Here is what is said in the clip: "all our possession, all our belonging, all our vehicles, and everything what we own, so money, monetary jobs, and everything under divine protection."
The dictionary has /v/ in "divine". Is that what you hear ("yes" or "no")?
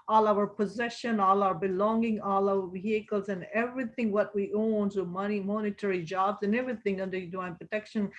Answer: no